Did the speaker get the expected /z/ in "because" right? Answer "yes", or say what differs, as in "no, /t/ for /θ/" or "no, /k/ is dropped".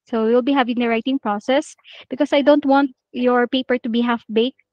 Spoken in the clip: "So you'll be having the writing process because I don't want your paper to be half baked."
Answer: no, /s/ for /z/